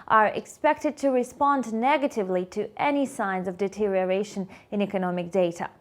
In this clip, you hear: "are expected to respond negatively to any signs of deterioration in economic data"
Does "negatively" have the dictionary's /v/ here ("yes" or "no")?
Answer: yes